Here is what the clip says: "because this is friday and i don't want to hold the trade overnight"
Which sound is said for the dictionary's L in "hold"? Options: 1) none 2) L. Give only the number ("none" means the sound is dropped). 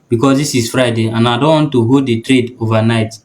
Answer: 1